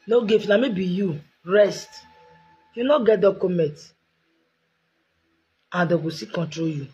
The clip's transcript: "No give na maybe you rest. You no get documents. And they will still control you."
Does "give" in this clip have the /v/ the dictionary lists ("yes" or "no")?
no